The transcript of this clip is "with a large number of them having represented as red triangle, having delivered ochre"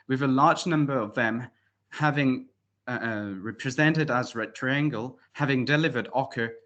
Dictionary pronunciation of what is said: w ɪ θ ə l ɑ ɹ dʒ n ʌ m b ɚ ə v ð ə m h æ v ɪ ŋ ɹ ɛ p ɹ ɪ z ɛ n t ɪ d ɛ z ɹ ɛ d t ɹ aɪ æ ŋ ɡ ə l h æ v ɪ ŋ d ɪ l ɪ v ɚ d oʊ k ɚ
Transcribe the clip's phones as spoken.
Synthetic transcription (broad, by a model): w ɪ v ə l ɑ ɹ dʒ n ʌ m b ɚ ə v ð ə m h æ v ɪ ŋ ɹ ɛ p ɹ ɪ z ɛ n t ɪ d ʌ z ɹ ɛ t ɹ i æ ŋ ɡ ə l h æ v ɪ ŋ d ɪ l ɪ v ɚ d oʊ k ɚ